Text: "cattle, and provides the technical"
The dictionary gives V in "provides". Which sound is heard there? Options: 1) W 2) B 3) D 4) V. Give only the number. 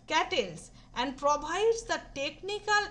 2